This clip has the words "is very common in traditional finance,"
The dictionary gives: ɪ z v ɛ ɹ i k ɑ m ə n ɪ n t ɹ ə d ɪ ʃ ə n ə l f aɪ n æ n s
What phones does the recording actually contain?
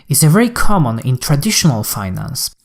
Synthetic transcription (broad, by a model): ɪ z v ɛ ɹ i k ɑ m ə n ɪ n t ɹ ə d ɪ ʃ ə n ə l f aɪ n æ n s